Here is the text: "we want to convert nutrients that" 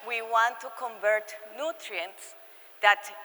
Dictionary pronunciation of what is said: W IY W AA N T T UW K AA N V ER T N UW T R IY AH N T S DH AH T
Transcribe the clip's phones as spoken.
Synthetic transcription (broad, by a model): W IY W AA N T T UW K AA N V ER T N UW T R IY AH N T S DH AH T